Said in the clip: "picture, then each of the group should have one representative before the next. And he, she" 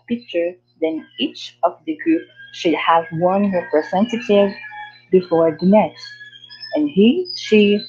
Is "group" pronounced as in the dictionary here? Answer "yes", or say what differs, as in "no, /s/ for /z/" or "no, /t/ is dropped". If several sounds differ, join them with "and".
yes